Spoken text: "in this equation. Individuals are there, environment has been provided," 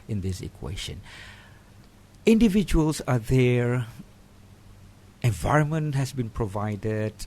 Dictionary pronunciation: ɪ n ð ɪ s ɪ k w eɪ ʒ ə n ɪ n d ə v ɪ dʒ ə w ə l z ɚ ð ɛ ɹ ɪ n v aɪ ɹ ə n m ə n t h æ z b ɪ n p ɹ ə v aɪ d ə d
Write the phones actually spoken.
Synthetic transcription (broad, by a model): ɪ n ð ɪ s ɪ k w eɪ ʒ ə n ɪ n d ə v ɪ dʒ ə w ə l s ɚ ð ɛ ɹ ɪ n v aɪ ɹ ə n m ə n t h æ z b ɪ n p ɹ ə v aɪ d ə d